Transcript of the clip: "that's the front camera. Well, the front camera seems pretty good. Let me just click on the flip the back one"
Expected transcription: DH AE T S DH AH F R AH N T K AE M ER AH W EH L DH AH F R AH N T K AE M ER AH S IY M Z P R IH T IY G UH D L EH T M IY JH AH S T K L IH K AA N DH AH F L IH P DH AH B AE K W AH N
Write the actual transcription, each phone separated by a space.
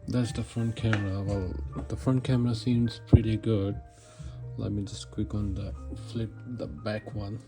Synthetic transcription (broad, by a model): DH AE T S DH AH F R AH N T K AE M ER AH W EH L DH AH F R AH N T K AE M ER AH S IY M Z P R IH T IY G UH D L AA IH M IY JH AH S T K W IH K AA N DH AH F L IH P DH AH B AE K W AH N